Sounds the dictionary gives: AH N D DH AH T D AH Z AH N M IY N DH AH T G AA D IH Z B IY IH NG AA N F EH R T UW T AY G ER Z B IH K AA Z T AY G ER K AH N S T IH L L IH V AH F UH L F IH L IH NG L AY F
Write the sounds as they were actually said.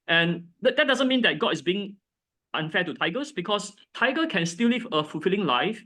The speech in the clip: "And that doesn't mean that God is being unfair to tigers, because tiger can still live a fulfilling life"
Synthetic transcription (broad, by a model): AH N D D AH T D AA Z AH N M IY N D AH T G AA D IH S B IY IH NG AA N F EH T UW T AY G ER S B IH K AA S T AY G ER K AH N S T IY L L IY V AH F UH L F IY L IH NG L AY F